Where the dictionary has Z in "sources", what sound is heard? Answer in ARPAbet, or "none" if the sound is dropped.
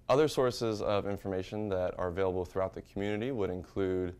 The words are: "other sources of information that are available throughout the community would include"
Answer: Z